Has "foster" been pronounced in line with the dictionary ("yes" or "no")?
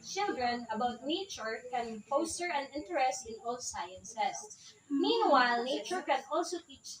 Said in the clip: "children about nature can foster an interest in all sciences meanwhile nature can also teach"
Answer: no